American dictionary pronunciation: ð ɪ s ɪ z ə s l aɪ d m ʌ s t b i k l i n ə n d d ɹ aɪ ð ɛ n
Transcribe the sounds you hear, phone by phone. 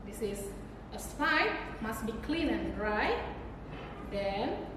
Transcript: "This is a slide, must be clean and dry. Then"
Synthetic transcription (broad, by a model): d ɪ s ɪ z ə s aɪ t m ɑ s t b i k l i n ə n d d ɹ aɪ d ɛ n